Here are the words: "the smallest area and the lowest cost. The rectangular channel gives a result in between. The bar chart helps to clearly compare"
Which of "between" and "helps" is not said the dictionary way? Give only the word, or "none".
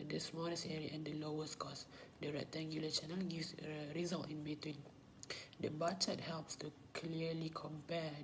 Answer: none